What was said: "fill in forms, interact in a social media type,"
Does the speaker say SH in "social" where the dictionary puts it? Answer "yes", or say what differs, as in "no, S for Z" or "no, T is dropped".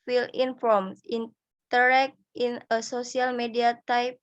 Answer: no, S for SH